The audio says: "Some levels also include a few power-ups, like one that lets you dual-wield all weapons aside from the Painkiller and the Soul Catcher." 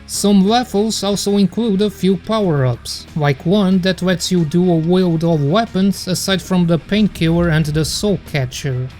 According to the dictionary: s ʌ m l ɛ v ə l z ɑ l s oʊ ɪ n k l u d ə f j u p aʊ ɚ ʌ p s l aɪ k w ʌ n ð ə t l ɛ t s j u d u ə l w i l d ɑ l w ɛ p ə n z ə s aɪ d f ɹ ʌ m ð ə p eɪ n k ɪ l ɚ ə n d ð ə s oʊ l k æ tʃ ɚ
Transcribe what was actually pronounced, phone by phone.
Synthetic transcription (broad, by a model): s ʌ m l ɛ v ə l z ɑ l s oʊ ɪ n k l u d ə f j u p aʊ ɚ ʌ p s l aɪ k w ʌ n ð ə t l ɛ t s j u d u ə w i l d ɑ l w ɛ p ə n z ə s aɪ d f ɹ ʌ m ð ə p eɪ n k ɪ ɚ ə n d ð ə s oʊ k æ tʃ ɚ